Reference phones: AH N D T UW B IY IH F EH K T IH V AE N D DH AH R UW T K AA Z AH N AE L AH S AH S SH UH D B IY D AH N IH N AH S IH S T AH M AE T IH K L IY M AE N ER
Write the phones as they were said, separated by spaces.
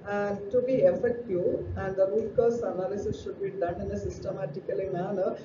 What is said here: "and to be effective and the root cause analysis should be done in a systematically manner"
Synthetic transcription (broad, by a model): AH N T UW B IY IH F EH K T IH AE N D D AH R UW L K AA S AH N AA L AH S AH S SH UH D B IY D AH N IH N AH S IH S T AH M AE T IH K L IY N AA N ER